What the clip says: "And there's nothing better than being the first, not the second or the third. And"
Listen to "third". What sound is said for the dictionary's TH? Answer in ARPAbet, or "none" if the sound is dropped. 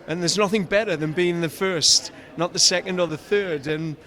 TH